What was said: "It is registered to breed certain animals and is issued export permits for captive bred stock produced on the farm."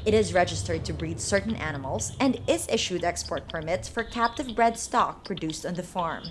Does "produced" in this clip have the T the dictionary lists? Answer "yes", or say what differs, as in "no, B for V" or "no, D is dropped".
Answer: yes